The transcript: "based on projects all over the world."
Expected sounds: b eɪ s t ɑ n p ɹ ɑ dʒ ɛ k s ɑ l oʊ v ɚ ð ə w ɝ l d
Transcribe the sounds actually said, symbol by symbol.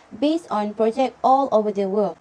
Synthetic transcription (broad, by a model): b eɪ s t ɑ n p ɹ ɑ dʒ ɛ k ɑ l oʊ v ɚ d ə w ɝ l